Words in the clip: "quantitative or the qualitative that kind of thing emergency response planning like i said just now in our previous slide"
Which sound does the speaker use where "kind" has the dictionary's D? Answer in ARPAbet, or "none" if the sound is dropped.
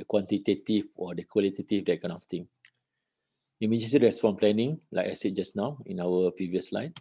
none